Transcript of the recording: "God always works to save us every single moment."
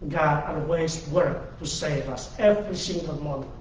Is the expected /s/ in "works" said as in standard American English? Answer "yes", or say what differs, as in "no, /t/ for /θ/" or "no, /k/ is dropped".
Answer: no, /s/ is dropped